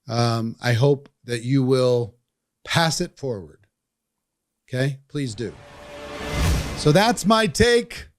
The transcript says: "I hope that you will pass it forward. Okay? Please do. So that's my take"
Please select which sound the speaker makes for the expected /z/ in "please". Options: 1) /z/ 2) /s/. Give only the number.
1